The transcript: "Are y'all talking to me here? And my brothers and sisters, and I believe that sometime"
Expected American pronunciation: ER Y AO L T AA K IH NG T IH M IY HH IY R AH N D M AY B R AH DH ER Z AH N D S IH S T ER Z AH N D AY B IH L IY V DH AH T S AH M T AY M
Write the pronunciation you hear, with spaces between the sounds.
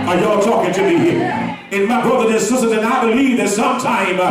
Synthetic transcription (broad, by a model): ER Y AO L T AA K IH NG T IH M IY HH IY R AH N M AY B R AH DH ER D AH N S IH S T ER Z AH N AY B IH L IY V DH AH T S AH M T AY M